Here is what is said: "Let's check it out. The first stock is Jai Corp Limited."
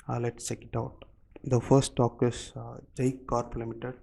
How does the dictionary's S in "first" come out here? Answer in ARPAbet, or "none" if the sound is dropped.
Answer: none